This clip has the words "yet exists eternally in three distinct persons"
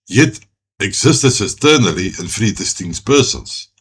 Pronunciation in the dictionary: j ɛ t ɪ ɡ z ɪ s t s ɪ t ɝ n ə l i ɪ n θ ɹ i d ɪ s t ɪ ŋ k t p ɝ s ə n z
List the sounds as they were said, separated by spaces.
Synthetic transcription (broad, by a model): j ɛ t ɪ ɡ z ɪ s t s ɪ t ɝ n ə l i ɪ n f ɹ i d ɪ s t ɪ ŋ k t p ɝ s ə n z